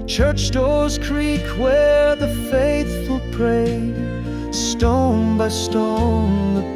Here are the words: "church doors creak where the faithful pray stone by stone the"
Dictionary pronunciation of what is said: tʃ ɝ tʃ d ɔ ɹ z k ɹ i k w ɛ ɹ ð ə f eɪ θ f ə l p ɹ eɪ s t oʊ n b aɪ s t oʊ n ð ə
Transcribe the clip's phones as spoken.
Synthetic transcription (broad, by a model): tʃ ɝ tʃ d ɔ ɹ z k ɹ i k w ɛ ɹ ð ə f eɪ θ f ə l p ɹ eɪ s t oʊ n b aɪ s t oʊ n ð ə